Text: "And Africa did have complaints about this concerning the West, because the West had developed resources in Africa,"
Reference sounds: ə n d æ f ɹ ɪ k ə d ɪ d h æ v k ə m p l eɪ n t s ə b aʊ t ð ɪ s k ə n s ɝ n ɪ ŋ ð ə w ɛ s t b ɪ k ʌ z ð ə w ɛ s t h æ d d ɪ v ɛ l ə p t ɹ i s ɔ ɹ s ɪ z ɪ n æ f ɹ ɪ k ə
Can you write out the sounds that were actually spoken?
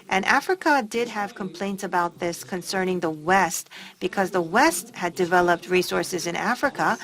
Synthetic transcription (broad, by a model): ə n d æ f ɹ ɪ k ə d ɪ d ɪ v k ə m p l eɪ n t s ə b aʊ t ð ɪ s k ə n s ɝ n ɪ ŋ ð ə w ɛ s t b ɪ k ʌ z ð ə w ɛ s t h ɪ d d ɪ v ɛ l ə p t ɹ i s ɔ ɹ s ɪ z ɪ n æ f ɹ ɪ k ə